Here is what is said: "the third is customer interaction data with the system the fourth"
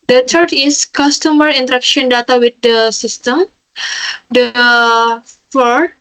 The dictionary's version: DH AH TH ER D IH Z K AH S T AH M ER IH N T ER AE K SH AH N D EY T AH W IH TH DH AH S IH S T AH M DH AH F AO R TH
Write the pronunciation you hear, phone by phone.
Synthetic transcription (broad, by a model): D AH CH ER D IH S K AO S T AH M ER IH N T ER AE K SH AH N D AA T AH W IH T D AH S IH S T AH M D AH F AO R